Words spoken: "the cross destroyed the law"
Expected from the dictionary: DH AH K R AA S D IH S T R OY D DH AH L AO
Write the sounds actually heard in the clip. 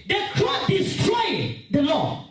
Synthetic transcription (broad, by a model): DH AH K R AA D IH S T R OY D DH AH L AO